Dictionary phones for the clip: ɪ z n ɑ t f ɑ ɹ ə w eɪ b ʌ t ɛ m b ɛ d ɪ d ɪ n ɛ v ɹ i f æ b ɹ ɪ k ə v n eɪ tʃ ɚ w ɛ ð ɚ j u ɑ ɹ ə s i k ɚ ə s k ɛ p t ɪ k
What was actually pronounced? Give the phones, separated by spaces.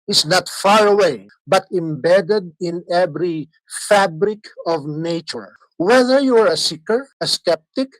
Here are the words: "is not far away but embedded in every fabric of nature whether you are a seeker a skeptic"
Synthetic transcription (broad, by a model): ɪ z n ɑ t f ɑ ɹ ə w eɪ b ʌ t ɛ m b ɛ d ɪ d ɪ n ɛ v ɹ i f æ b ɹ ɪ k ə v n eɪ tʃ ɚ w ɛ ð ɚ j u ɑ ɹ ə s i k ɚ ə s k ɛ p t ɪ k